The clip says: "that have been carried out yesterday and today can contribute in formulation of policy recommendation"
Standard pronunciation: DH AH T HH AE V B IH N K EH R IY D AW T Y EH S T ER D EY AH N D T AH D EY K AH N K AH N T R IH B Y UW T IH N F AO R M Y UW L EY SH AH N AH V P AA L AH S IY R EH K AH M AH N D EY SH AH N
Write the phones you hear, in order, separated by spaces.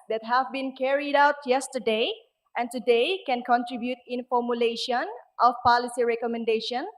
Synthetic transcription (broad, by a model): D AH T HH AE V B IH N K EH R IY D AW T Y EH S T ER D EY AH N T AH D EY K AH N K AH N T R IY B Y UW T IH N F AO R M Y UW L EY SH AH N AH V P AA L AH S IY R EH K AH M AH N D EY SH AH N